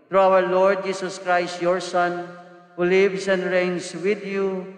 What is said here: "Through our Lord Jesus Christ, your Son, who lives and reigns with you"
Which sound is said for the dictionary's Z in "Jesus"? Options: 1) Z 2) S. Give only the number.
2